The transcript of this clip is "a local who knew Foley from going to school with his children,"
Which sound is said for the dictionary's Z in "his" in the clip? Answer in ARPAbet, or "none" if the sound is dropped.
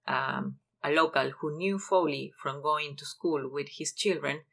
S